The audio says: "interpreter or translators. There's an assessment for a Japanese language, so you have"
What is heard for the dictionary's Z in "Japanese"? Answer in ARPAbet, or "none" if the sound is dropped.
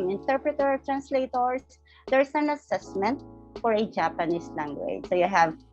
S